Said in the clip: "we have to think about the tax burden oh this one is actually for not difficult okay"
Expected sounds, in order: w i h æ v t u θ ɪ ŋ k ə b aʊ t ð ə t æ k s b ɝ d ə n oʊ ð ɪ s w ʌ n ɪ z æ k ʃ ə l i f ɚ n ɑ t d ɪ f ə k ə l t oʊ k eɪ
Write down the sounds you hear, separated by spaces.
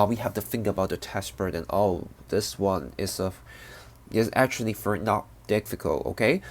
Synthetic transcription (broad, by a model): w i h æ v t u θ ɪ ŋ k ə b aʊ t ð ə t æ s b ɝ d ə n oʊ ð ɪ s w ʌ n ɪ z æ k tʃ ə l i f ɚ n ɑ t d ɪ f ə k ə l t oʊ k eɪ